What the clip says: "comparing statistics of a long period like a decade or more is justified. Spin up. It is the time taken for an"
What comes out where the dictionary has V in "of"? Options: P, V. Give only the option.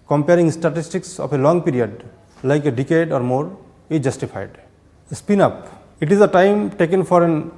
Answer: P